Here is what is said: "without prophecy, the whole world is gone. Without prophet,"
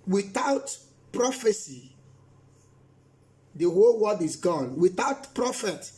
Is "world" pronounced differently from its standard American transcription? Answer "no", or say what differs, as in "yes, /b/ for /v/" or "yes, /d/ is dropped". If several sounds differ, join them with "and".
yes, /l/ is dropped